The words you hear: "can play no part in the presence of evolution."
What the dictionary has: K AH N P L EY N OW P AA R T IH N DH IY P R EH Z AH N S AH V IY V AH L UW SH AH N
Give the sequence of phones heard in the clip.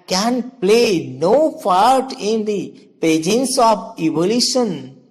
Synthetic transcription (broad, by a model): K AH N P L EY N OW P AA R T IH N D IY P EH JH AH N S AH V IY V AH L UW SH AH N